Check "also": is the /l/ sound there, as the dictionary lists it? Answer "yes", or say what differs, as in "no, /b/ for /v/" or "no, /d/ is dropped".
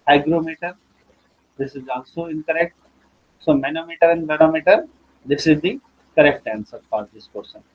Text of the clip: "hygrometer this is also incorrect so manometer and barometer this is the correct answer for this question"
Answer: yes